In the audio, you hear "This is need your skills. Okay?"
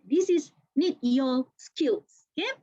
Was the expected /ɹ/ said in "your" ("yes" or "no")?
no